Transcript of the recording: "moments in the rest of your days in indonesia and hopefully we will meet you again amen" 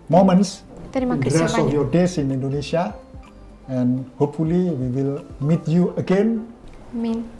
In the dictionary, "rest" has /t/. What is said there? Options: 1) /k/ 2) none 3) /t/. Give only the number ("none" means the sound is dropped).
2